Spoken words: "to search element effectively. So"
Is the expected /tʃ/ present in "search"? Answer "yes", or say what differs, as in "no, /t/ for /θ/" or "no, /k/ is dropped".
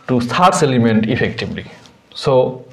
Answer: no, /s/ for /tʃ/